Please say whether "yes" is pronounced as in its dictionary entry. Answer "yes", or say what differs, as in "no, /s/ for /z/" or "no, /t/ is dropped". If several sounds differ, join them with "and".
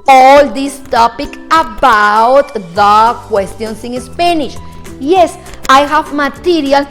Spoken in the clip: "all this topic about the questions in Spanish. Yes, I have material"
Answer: yes